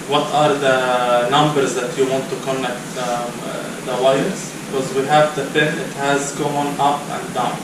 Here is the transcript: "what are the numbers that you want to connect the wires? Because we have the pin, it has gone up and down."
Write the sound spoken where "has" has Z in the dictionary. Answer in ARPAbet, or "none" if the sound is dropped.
Z